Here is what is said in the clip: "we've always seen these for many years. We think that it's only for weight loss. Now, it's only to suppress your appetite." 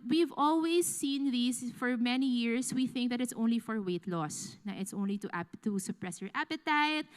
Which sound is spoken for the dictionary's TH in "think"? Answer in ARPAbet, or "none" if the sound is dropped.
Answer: TH